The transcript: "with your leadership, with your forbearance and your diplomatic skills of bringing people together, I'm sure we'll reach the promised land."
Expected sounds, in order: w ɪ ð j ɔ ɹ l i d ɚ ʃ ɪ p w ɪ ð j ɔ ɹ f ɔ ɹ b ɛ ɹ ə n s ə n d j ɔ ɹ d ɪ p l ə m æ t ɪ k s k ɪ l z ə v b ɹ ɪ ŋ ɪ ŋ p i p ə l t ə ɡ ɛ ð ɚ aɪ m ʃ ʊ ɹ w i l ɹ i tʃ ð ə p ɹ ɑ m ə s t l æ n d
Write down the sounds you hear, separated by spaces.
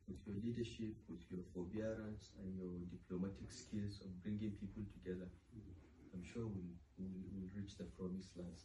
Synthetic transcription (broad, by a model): w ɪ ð j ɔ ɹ l i d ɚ ʃ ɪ p w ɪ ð j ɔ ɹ f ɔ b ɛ ɹ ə n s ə n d j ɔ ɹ d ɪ p l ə m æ t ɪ k s k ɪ l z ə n b ɹ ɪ ŋ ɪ ŋ p i p ə l t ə ɡ ɛ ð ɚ aɪ m ʃ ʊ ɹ w i l ɹ i tʃ ð ə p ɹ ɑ m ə s l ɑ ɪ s